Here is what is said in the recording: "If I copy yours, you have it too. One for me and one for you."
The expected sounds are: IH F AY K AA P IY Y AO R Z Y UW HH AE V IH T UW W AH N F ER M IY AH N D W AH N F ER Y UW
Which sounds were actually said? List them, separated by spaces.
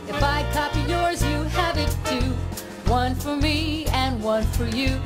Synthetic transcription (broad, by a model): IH F AY K AA P IY Y AO R Z Y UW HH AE V IH T UW W AH N F ER M IY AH N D W AH N F ER Y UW